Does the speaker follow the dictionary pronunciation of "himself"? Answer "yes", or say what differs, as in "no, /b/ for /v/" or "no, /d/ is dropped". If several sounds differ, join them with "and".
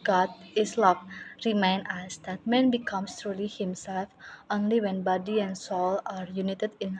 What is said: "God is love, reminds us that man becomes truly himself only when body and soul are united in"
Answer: yes